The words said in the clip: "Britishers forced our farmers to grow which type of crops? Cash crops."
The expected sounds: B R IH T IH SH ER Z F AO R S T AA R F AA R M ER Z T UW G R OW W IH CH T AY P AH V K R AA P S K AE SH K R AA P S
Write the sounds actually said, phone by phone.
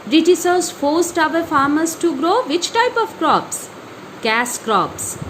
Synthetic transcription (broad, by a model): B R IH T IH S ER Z F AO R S T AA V F AA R M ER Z T UW G R OW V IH CH T AY P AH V K R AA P S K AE S K R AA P S